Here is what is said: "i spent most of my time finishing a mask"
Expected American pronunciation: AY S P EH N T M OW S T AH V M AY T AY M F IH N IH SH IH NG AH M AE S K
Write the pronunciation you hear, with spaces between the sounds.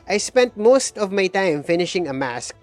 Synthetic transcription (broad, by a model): AY S P EH N T M OW S T AH V M AY T AY M F IH N IH SH IH NG AH M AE S K